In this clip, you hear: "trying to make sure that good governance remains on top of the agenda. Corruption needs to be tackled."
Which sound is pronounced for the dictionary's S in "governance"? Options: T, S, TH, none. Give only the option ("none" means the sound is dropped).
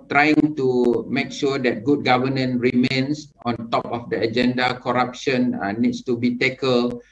none